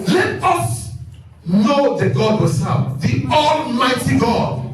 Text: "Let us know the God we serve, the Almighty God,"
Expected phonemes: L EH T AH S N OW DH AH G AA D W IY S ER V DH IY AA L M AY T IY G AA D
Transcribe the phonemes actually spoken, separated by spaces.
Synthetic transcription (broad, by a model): L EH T AH S N OW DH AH G AA D W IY S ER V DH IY AA L M AY T IY G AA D